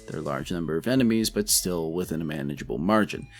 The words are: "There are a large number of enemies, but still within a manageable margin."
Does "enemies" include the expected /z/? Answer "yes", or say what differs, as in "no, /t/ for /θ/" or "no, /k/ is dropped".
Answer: yes